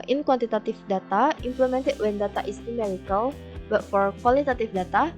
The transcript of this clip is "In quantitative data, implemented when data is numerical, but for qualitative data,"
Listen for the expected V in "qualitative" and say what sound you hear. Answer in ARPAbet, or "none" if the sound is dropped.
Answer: F